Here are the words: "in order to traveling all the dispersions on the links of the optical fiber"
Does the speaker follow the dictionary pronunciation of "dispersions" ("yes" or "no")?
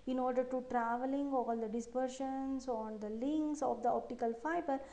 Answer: no